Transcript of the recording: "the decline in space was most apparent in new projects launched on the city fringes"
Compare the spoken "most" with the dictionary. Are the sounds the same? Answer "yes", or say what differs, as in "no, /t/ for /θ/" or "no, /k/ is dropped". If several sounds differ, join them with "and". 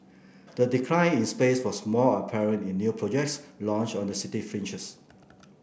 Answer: no, /s/ is dropped